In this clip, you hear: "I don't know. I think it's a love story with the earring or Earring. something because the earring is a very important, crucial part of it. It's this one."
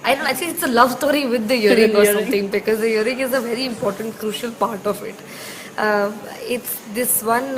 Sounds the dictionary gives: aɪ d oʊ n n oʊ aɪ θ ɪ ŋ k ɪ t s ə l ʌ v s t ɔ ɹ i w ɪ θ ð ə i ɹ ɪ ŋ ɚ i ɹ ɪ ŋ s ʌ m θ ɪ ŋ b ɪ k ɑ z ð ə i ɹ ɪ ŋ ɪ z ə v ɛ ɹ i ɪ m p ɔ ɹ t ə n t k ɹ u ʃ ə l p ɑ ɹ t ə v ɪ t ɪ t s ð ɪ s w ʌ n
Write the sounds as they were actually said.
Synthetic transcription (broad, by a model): aɪ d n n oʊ aɪ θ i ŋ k ɪ t s ə l ʌ v s t ɔ ɹ i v ɪ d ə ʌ ɹ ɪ ŋ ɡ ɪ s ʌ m t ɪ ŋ b ɪ k ɑ z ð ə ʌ ɹ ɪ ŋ ɪ z ə v ɛ ɹ i ɪ m p ɔ ɹ t ə n t k ɹ u ʃ ə l p ɑ ɹ t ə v ɪ t ɪ t s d ɪ s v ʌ n